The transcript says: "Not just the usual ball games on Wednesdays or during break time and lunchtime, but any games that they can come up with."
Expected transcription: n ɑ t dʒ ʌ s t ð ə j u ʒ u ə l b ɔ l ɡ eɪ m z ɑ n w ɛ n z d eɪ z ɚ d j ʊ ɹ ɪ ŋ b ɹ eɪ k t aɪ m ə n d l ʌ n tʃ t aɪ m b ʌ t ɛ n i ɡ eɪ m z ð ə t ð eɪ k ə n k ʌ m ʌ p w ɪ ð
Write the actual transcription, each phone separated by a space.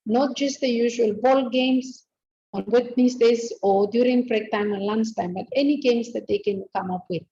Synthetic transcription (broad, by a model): n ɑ t dʒ ʌ s t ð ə j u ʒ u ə l b ɔ l ɡ eɪ m s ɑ n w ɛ n s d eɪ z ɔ d j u ɹ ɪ ŋ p ɹ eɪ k t aɪ m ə n l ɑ n s t aɪ m b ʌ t ɛ n i ɡ eɪ m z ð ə t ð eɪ k ə n k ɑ m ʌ p w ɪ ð